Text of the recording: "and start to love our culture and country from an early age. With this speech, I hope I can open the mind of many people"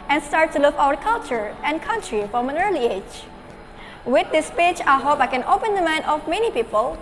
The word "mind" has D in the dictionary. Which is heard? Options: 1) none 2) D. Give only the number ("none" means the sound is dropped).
1